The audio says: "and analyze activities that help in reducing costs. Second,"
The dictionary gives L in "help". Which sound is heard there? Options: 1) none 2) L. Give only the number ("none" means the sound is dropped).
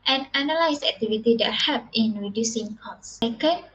1